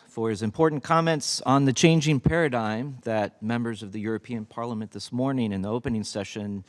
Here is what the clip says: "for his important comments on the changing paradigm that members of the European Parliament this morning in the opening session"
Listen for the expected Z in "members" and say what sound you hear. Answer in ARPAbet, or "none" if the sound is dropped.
Z